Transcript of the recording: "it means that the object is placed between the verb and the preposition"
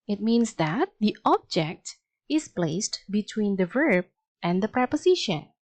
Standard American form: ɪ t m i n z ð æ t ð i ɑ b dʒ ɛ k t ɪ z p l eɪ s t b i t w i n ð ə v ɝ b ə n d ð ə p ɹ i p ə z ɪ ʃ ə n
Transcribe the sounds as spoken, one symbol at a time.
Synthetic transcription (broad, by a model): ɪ t m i n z ð æ t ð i ɑ b dʒ ɛ k t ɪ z p l eɪ s t b i t w i n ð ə v ɝ b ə n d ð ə p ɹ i p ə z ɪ ʃ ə n